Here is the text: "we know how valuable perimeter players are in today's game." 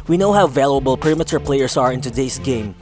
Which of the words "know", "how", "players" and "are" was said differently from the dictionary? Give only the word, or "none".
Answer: players